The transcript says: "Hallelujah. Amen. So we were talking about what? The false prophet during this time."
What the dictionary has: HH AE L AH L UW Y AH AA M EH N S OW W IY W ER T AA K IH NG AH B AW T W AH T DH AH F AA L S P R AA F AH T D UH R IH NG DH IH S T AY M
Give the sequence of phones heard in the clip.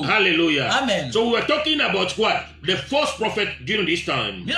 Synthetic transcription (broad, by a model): HH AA L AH L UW Y AA M EH N S OW W IY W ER T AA K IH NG AH B AW T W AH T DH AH F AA S P R AA F AH T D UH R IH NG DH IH S T AY M